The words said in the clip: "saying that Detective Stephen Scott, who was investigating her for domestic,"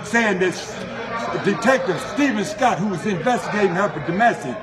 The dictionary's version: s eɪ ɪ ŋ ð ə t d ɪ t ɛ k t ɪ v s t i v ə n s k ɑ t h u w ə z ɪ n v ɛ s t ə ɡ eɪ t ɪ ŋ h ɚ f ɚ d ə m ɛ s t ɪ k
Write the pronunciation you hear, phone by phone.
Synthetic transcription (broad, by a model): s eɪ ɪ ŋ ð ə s d ɪ t ɛ k t ɪ v s t i v ə n s k ɑ t h u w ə z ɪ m v ɛ s t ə ɡ eɪ t ɪ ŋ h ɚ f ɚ d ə m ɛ s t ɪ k